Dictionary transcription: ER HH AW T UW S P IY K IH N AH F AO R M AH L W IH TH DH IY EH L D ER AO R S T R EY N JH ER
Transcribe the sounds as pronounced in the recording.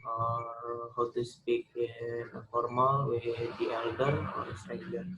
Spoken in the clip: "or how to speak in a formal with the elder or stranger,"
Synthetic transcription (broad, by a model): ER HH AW T UW S P IY K IH N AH F AO R M AH L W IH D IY EH L D ER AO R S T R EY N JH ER